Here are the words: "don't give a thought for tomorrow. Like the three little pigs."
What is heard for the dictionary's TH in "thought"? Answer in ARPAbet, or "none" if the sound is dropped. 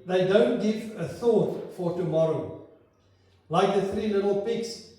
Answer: TH